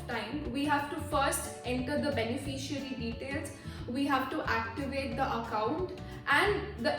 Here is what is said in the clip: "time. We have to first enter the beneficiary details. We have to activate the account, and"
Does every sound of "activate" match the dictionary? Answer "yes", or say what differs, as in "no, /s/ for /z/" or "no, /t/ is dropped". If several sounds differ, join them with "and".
yes